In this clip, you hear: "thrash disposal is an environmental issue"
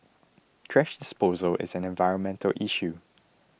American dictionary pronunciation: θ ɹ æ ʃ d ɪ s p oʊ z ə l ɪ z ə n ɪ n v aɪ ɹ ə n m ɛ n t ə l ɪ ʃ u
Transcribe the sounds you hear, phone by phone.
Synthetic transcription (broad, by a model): t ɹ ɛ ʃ d ɪ s p oʊ z ə l ɪ z ə n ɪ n v aɪ ɹ ə n m ɛ n t ə l ɪ ʃ u